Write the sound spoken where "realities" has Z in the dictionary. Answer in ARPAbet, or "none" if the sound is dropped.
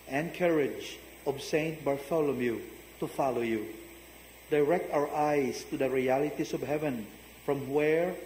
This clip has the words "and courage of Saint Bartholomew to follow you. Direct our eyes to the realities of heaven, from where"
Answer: S